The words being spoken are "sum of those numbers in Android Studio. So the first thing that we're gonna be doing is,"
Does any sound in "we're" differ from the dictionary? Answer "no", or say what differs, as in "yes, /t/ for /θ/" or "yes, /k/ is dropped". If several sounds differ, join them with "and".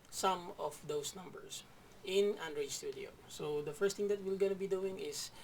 yes, /l/ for /ɹ/